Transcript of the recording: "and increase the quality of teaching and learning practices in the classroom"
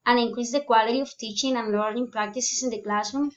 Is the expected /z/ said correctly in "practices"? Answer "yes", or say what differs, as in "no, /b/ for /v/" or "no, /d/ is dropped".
no, /s/ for /z/